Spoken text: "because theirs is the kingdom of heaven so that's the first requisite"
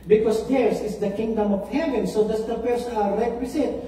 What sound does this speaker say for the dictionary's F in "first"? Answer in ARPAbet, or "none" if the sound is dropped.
P